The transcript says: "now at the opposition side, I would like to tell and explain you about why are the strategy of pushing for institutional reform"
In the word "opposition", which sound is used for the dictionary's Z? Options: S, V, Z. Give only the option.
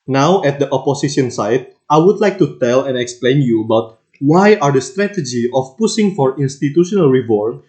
S